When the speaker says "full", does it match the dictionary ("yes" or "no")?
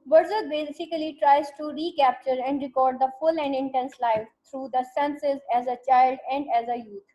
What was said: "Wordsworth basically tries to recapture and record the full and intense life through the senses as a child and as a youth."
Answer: yes